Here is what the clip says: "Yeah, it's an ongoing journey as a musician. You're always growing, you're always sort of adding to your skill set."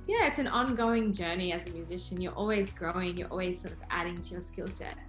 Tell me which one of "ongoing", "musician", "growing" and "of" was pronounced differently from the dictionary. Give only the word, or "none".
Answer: none